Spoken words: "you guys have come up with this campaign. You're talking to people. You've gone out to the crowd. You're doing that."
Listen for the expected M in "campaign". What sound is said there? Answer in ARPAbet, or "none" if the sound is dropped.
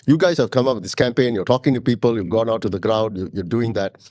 M